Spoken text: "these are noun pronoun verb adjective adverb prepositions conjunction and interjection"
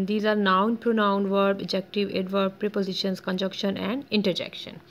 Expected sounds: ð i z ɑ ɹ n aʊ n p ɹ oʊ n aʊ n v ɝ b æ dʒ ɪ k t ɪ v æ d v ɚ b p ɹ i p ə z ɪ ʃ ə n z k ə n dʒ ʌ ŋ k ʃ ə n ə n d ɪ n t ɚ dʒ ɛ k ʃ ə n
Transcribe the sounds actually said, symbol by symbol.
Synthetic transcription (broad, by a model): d i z ɑ ɹ n aʊ n p ɹ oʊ n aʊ n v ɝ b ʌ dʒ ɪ k t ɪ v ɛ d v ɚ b p ɹ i p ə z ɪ ʃ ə n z k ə n dʒ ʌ k ʃ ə n ə n d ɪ n t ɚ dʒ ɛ k ʃ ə n